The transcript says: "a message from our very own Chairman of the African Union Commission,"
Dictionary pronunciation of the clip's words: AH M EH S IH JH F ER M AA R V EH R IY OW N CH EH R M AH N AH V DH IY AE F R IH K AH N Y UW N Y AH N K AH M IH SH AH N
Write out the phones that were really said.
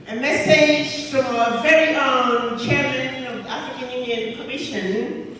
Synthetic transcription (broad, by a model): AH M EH S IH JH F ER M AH V EH R IY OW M CH EH R M AH N AH V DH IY AE F R IH K AH N Y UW N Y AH N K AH M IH SH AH N